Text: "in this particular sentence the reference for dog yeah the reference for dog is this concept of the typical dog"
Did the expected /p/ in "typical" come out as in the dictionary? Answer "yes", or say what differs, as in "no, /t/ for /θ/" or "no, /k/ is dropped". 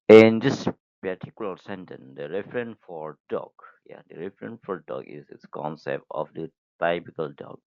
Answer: no, /b/ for /p/